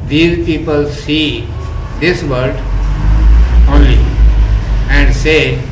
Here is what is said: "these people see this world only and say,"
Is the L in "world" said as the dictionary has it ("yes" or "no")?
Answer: no